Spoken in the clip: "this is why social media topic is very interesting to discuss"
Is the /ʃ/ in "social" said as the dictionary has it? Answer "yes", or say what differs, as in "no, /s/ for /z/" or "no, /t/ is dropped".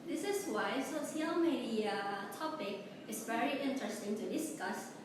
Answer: no, /s/ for /ʃ/